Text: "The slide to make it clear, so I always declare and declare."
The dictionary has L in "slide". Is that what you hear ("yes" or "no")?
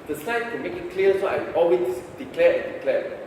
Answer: no